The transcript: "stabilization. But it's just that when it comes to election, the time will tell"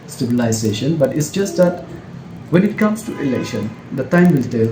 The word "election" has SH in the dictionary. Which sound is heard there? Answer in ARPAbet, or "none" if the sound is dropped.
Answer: SH